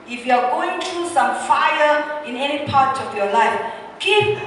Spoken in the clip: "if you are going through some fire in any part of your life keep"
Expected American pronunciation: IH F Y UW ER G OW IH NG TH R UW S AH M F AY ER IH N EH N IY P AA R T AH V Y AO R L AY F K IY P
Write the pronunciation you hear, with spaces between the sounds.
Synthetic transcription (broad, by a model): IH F Y UW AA G OW IH NG T R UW S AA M F AY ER IH N EH N IY P AA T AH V Y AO L AY F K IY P